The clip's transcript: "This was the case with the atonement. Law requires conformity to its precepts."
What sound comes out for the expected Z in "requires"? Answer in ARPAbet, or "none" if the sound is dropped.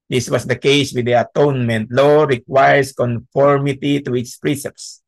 S